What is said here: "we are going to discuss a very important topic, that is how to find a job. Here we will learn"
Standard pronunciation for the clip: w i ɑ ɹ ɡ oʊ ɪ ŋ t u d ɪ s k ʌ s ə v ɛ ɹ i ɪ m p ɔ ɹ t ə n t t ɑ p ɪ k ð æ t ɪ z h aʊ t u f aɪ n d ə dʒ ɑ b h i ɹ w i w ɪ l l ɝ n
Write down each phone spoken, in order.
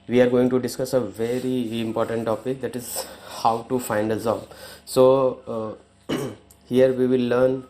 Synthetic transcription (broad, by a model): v i ɑ ɹ ɡ oʊ ɪ ŋ t u d ɪ s k ʌ s ə v ɛ ɹ i ɪ m p ɔ ɹ t ə n t t ɑ p ɪ k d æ t ɪ z h aʊ t u f aɪ n d ə z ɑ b h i ɹ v i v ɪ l l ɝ n